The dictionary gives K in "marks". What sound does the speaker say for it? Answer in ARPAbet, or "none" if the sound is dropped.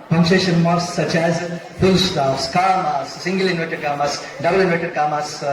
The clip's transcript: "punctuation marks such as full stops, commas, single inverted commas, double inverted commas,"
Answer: none